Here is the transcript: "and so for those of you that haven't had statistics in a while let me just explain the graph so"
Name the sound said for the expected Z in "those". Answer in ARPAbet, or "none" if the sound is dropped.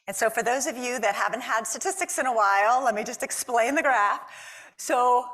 Z